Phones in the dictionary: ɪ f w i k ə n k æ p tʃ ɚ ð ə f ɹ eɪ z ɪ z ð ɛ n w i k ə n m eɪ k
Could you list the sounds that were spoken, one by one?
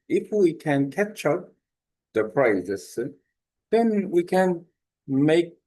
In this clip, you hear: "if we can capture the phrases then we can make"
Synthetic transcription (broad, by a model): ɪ f w i k ə n k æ tʃ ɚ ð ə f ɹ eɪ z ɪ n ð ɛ n w i k ə n m eɪ k